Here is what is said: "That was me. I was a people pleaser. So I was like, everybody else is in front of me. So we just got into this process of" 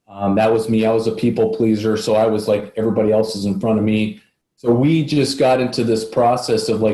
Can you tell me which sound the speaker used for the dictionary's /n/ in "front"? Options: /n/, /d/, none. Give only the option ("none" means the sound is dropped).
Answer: none